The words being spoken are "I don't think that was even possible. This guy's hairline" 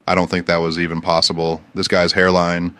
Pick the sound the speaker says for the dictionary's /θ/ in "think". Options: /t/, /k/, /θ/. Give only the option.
/θ/